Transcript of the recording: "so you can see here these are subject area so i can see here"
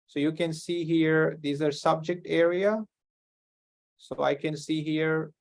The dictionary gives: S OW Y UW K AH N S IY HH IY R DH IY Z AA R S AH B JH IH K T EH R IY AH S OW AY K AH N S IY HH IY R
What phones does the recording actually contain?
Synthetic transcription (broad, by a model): S OW Y UW K AH N S IY HH IY R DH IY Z AA R S AH B JH IH K T EH R IY AH S OW AY K AH N S IY HH IY R